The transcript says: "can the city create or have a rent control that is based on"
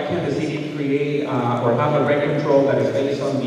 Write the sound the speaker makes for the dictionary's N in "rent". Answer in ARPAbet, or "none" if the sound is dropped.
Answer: none